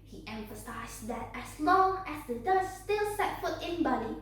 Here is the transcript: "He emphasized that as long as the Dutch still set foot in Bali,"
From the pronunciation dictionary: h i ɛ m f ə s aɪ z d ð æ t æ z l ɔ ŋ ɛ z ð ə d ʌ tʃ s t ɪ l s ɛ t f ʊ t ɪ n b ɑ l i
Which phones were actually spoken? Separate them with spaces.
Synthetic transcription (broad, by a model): h i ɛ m f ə s aɪ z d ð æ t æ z l ɔ ŋ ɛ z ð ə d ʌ s s t ɪ l s ɛ t f ʊ t ɪ n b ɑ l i